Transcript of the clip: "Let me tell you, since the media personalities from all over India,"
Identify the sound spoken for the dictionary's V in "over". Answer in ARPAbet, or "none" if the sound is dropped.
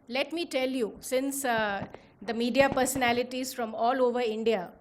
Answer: V